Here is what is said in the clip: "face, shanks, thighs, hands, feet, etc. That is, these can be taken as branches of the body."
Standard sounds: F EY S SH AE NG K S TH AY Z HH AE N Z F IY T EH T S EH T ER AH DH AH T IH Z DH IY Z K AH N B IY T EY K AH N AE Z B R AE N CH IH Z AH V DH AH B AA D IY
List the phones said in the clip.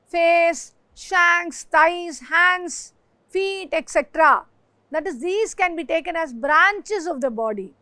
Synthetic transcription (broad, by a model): F EY S SH AE NG K S T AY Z HH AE N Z F IY T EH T S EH T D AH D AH T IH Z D IY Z K AH N B IY T EY K AH N AE Z B R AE N CH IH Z AH V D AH B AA D IY